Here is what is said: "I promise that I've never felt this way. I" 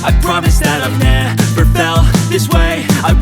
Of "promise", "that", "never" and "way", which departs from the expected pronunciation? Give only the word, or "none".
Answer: never